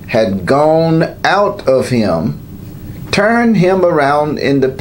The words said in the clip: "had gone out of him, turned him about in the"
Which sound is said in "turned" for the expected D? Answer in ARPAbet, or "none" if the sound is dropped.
none